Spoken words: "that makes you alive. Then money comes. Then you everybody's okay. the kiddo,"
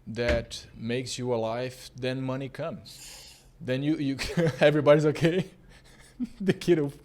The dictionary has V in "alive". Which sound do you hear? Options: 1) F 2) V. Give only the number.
1